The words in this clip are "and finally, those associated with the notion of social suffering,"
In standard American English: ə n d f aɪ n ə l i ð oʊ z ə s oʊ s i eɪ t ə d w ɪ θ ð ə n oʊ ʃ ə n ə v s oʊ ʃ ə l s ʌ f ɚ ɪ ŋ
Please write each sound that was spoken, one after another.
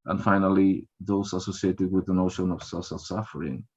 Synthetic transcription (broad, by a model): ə n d f aɪ n ə l i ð oʊ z ə s oʊ s i eɪ t ə d w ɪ ð ə n oʊ ʃ ə n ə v s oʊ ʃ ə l s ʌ f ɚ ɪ ŋ